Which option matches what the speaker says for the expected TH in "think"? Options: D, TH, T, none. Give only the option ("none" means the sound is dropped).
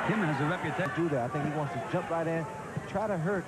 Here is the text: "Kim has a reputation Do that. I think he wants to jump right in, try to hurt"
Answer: TH